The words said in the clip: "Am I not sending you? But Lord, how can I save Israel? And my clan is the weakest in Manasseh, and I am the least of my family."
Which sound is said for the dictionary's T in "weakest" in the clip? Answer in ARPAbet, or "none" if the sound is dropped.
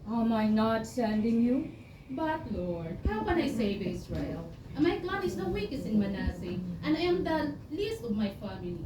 none